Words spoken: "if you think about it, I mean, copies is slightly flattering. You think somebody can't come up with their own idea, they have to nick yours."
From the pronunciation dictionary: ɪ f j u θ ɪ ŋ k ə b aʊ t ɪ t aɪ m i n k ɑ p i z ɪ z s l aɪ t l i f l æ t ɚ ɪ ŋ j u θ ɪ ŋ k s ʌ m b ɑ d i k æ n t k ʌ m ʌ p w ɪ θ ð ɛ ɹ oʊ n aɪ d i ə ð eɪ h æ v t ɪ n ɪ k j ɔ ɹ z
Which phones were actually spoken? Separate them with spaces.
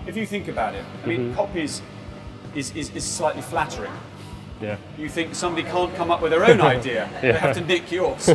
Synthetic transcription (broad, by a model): ɪ f j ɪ θ ɪ ŋ k ə b aʊ t ɪ t aɪ m i n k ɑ p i z ɪ z s l aɪ t l i f l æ t ɚ ɪ ŋ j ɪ θ ɪ ŋ k s ʌ m b ɑ d i k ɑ n k ʌ m ʌ p w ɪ ð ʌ ɹ oʊ n aɪ d i ə ð eɪ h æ f t ɪ n ɪ k j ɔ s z